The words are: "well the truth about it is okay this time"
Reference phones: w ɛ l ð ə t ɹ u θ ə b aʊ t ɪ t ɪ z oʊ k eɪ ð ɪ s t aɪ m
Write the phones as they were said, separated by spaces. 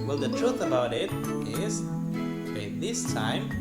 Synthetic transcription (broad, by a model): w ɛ l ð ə t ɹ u t ə b aʊ t ɪ t ɪ z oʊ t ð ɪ s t aɪ m